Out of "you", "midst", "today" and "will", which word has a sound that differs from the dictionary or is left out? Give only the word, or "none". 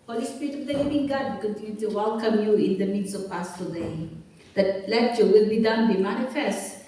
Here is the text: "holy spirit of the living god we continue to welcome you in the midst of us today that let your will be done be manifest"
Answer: midst